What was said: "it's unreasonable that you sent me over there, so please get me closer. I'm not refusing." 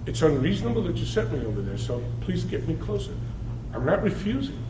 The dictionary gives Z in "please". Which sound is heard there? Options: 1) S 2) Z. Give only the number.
2